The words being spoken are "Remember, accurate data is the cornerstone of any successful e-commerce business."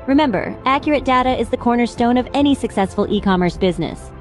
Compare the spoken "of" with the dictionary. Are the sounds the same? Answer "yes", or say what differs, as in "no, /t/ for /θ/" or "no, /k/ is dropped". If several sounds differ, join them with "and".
yes